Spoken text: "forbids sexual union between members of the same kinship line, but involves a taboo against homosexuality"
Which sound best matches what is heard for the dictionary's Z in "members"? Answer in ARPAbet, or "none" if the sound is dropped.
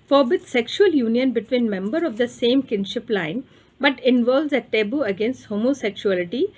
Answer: none